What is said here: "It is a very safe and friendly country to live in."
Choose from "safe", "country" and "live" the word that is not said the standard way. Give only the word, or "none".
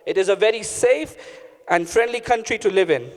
none